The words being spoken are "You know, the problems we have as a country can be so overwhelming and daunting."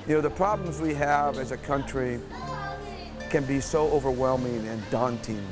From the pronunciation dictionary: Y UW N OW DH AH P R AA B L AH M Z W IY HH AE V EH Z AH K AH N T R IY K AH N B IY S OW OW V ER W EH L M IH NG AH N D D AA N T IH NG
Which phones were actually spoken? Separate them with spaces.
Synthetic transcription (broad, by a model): Y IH N OW DH AH P R AA B L AH M Z W IY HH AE V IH Z AH K AH N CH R IY K AH N B IY S OW OW V ER W EH L M IH NG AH N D D AA N T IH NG